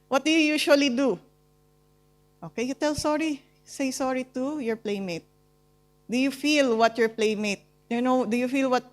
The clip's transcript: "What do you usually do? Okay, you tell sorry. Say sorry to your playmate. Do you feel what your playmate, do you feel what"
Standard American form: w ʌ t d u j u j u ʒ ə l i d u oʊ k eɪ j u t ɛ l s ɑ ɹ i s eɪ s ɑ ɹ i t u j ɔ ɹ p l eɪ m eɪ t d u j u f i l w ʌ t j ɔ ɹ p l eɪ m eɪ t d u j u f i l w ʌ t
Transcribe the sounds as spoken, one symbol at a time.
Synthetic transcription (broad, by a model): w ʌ t d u j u j u ʃ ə l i d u oʊ k eɪ j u t ɛ l s ɑ ɹ i s eɪ s ɑ ɹ i t u j ɔ ɹ p l eɪ m eɪ t d u j u f i l w ʌ t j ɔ ɹ p l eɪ m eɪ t d u j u f i l w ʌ t